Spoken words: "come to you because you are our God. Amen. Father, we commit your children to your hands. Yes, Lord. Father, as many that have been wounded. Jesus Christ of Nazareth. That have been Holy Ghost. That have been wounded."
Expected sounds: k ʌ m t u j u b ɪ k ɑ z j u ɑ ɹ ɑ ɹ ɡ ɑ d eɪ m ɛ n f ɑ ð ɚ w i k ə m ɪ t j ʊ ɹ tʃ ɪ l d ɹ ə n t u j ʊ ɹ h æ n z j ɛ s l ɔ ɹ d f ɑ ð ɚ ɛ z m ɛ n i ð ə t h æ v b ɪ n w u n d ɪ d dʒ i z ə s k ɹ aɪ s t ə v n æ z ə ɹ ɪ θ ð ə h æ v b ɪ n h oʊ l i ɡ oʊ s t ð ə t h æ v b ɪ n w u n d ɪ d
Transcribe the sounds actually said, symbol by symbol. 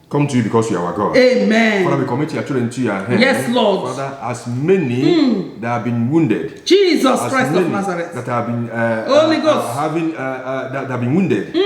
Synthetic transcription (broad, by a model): k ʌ m t u j u b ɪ k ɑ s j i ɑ w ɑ ɡ ɑ d eɪ m ɛ n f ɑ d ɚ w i k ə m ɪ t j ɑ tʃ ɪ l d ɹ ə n t u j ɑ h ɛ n j ɛ s l ɔ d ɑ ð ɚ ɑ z m ɛ n i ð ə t h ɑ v b ɪ n w u n d ɪ d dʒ i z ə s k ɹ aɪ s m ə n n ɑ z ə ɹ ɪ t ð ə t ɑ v b ɪ n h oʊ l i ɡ oʊ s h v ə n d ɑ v b ɪ n w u n d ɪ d